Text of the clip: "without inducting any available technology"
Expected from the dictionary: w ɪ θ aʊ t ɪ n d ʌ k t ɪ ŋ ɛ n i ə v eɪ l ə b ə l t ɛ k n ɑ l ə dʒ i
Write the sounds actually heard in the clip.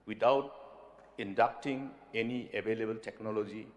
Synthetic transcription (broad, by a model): w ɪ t aʊ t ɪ n d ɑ k t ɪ ŋ ɛ n i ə b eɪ l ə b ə l t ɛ k n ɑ l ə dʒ i